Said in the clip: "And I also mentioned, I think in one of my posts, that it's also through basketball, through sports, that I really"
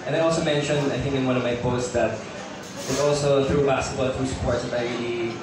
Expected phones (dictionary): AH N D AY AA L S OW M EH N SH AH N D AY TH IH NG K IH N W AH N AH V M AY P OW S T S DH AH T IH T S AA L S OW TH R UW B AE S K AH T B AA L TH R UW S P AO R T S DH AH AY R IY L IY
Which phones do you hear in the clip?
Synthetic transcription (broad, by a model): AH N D AY AA L S OW M EH N SH AH N D AY TH IH NG K IH N W AH N AH V M AY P OW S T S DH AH T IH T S AA L S OW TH R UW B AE S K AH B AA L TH R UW S P AO R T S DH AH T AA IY